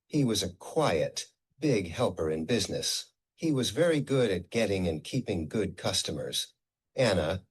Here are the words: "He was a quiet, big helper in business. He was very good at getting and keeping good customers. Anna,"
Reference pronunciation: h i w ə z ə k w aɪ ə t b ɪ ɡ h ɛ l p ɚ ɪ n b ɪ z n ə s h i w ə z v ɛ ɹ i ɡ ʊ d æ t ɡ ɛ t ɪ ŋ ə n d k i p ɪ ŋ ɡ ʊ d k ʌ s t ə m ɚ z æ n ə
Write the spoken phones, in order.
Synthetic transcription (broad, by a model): h i w ə z ə k w aɪ ə t b ɪ ɡ h ɛ l p ɚ ɪ n b ɪ z n ə s h i w ə z v ɛ ɹ i ɡ ʊ d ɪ t ɡ ɛ t ɪ ŋ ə n k i p ɪ ŋ ɡ ʊ d k ʌ s t ə m ɚ z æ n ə